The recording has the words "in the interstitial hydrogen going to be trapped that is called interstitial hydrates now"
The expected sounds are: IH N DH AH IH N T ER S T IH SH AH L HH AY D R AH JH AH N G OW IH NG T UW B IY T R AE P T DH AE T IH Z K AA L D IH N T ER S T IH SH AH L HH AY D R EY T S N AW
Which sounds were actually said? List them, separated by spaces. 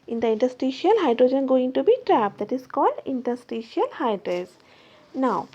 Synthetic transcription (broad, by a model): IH N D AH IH N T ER S T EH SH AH L HH AY D R AH JH AH N G OW IH NG T UW B IY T R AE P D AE T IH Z K AA L D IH N T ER S T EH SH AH L HH AY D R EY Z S N AW